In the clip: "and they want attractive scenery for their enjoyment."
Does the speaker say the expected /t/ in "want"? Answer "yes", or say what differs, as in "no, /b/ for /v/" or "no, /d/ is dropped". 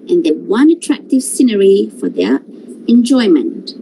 no, /t/ is dropped